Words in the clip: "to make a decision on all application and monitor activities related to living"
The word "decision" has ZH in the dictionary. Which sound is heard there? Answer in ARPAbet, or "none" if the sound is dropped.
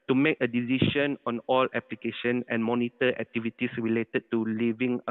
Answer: SH